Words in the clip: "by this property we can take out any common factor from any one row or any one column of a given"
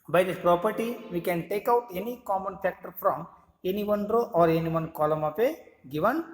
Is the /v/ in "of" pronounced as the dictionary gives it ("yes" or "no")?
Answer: no